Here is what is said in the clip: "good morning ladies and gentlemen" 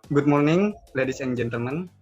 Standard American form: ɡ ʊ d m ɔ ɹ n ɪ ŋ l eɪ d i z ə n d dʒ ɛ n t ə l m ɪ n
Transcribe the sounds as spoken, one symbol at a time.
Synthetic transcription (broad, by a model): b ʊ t m ɔ ɹ n ɪ ŋ l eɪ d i s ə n dʒ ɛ n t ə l m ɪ n